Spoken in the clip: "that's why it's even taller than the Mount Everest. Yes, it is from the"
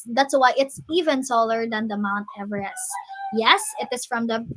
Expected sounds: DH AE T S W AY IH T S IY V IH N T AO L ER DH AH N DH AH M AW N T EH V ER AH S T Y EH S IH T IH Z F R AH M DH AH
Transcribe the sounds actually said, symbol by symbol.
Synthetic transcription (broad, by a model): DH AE T S W AY IH T S IY V IH N S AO L ER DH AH N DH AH M AW N T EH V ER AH S Y EH S IH T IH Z F R AH M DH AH